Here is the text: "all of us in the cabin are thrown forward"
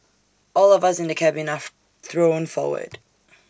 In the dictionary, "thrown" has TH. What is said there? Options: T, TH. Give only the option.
TH